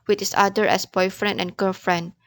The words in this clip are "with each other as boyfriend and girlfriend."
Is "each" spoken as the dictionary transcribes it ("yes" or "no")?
no